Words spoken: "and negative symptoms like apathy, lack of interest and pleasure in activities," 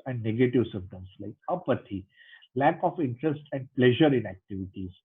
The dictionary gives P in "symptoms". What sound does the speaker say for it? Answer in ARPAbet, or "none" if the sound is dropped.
none